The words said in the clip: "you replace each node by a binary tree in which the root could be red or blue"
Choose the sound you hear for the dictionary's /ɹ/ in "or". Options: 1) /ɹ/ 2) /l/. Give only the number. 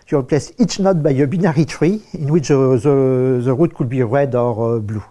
1